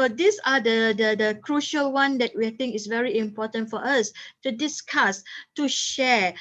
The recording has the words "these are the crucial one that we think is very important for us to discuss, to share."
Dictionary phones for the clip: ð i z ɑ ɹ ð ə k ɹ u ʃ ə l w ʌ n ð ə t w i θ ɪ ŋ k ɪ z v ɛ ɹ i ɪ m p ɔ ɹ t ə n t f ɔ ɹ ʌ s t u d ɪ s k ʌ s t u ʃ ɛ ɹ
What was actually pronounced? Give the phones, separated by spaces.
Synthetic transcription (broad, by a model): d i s ɑ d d ə k ɹ u ʃ ə l w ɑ n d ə t w i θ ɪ ŋ k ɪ s v ɛ ɹ i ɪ m p ɔ t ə n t f ɔ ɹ ʌ s t u d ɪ s k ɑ s t u ʃ ɛ